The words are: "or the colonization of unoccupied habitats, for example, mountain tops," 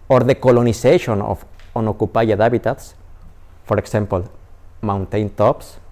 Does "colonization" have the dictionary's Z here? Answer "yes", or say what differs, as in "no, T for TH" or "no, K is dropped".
no, S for Z